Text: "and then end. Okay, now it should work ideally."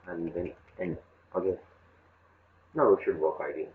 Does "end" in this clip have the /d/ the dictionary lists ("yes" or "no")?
no